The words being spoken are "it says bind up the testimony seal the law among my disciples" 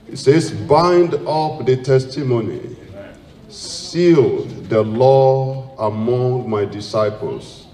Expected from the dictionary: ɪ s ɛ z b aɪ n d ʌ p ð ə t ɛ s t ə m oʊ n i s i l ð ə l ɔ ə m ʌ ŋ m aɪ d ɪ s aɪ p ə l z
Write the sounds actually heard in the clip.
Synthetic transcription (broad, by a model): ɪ s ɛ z b aɪ n d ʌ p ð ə t ɛ s t ə m oʊ n i s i l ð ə l ɔ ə m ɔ ŋ m aɪ d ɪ s aɪ p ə l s